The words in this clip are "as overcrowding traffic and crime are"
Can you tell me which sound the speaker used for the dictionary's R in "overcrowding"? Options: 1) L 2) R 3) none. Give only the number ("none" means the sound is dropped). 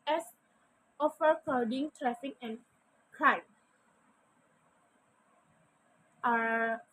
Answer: 3